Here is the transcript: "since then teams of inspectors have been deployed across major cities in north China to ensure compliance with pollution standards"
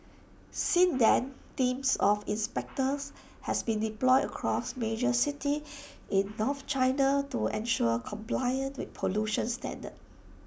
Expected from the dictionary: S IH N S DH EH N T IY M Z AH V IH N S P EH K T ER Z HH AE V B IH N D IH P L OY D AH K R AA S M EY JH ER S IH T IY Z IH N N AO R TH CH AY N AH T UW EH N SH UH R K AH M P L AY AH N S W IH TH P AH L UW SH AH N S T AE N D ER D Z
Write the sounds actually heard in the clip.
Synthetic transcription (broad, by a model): S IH N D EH N T IY M S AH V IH N S P EH K T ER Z HH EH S B IH N D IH P L OY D AH K R AA S M EY JH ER S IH T IY IH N N AO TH CH AY N AH T UW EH N SH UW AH K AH M P L AY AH N W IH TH P AH L UW SH AH N S T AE N D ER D